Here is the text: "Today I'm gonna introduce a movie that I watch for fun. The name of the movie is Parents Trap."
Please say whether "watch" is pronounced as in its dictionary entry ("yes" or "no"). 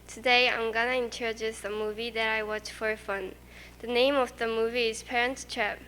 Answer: yes